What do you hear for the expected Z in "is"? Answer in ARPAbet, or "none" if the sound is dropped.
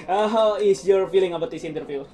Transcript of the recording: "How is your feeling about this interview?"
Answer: S